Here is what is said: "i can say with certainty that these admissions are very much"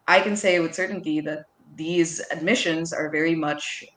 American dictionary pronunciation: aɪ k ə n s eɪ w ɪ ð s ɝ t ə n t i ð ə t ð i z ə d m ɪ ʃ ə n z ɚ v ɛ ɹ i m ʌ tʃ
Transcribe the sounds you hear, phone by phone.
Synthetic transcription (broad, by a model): aɪ k ə n s eɪ w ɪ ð s ɝ t n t i ð ə t ð i z ə d m ɪ ʃ ə n z ɚ v ɛ ɹ i m ʌ tʃ